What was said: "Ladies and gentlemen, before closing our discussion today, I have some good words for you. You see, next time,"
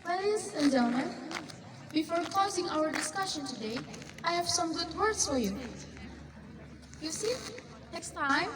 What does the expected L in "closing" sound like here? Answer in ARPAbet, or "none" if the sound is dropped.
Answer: none